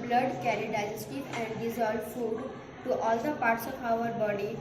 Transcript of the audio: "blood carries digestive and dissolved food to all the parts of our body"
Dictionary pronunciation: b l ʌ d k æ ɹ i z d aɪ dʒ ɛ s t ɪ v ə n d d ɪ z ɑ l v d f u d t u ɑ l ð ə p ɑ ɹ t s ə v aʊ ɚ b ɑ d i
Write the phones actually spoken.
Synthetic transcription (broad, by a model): b l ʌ d k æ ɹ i d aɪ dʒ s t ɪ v ə n d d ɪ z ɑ l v f u d t u ɑ l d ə p ɑ ɹ t s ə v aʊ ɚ b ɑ d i